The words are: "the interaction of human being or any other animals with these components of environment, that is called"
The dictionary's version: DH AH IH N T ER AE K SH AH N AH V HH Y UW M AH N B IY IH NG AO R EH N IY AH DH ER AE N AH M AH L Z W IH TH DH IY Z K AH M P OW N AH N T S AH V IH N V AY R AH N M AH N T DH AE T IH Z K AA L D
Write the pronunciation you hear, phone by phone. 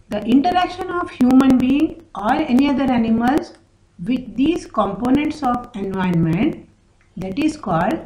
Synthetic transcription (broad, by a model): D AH IH N T ER AE K SH AH N AH V HH Y UW M AH N B IY IH NG AO R EH N IY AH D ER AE N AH M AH L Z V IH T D IY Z K AH M P OW N AH N T S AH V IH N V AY AH N M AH N T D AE T IH Z K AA L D